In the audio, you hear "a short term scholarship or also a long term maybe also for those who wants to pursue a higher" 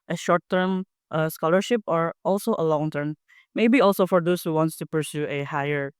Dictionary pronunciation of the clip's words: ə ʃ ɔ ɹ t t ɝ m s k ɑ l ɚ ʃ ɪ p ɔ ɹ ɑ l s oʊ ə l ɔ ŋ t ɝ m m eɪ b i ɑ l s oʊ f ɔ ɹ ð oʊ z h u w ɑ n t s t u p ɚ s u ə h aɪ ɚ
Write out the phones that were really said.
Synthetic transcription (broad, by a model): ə ʃ ɔ ɹ t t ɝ m s k ɑ l ɚ ʃ ɪ p ɔ ɹ ɑ l s oʊ ə l ɔ ŋ t ɝ m m eɪ b i ɑ l s oʊ f ɔ ɹ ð oʊ s h u w ɑ n t s t u p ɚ s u ə h aɪ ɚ